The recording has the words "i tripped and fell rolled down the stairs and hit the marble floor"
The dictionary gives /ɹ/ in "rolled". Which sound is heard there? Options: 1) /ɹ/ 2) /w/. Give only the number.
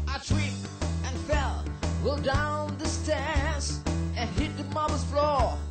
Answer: 2